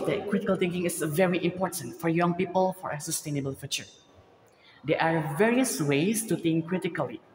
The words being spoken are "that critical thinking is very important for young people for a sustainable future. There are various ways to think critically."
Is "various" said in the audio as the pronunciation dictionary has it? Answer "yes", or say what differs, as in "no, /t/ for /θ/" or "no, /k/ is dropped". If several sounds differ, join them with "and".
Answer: yes